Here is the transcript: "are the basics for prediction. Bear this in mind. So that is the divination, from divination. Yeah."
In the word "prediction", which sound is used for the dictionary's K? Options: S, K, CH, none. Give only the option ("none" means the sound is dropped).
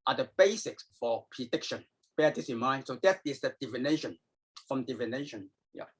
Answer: K